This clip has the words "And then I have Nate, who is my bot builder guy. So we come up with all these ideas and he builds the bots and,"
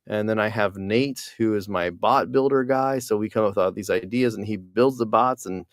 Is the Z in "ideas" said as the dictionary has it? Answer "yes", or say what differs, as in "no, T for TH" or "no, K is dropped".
yes